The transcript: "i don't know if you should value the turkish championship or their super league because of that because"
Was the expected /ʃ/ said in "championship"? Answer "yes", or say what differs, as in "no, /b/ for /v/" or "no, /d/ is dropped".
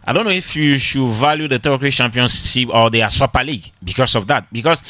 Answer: no, /s/ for /ʃ/